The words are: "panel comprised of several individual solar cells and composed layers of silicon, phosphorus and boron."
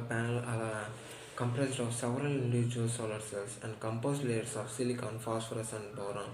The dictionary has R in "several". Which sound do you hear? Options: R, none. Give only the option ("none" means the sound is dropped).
R